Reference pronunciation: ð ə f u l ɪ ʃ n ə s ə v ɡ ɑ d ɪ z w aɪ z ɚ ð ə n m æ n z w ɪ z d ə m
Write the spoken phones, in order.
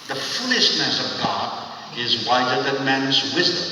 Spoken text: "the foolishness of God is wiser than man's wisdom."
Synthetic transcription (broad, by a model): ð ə f u l ɪ ʃ n ə s ə v ɡ ɑ d ɪ z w aɪ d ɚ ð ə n m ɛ n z w ɪ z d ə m